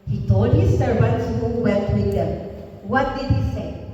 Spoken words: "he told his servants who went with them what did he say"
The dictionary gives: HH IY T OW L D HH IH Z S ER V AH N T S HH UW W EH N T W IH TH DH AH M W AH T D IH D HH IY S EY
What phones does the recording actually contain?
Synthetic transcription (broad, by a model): HH IY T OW L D HH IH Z S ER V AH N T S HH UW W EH L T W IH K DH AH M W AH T D IH D HH IY S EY